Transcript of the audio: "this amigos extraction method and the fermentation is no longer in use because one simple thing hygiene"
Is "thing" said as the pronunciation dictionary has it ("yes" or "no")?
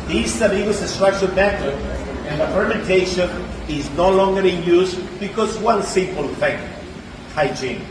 no